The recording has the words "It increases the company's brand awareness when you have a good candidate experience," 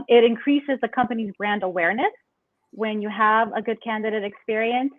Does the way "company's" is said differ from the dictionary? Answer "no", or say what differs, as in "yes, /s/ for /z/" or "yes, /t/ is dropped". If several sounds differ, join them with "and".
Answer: no